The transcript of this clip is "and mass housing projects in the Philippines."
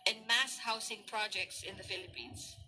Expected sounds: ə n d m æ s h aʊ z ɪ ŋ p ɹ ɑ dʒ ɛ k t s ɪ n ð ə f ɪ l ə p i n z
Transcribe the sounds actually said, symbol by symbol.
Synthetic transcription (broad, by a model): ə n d m æ s h aʊ s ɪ ŋ p ɹ ɑ dʒ ɛ k t s ɪ n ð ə f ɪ l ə p i n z